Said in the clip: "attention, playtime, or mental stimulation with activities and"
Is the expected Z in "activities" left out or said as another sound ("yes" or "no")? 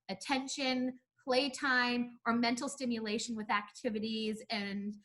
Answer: no